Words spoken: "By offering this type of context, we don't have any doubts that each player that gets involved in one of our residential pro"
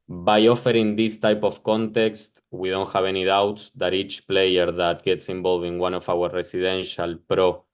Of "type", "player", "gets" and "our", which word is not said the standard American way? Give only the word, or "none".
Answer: none